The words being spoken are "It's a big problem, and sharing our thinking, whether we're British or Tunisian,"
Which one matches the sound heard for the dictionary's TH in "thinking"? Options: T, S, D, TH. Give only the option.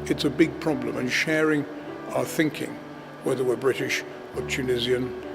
TH